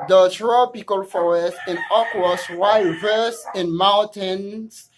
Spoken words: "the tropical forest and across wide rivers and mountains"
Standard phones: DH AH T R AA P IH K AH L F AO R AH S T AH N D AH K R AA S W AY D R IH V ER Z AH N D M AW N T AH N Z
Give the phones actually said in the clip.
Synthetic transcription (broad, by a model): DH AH T R AA P IH K AH L F AO R AH S T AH N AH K W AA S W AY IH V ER S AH N M AW N T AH N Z